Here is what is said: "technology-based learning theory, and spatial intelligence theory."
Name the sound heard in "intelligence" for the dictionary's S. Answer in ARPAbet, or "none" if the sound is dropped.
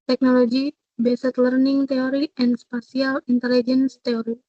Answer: S